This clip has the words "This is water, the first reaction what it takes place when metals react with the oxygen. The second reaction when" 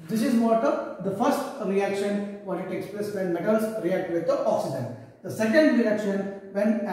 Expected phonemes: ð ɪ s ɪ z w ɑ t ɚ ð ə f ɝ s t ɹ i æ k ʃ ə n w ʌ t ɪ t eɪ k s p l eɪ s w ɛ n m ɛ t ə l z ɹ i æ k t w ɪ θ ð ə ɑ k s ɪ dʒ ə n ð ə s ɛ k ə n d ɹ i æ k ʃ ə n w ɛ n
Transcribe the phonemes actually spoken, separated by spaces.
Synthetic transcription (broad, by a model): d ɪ s ɪ z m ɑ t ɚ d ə f ɝ s t ɹ i æ k ʃ ə n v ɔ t ɪ t eɪ k s p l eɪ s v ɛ n m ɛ t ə l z ɹ i æ k t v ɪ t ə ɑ k s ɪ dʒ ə n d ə s ɛ k ə n d ɹ i æ k ʃ ə n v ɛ n